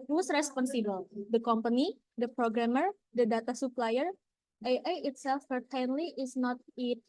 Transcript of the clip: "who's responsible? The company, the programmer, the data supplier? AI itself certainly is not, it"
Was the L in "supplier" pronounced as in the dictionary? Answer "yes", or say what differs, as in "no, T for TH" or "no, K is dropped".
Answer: yes